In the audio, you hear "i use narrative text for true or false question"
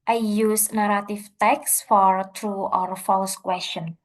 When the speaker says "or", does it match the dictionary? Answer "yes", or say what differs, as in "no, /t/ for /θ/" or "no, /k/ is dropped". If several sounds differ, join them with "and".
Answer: yes